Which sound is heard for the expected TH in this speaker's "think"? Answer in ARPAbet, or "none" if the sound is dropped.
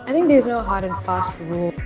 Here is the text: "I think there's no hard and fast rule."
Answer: TH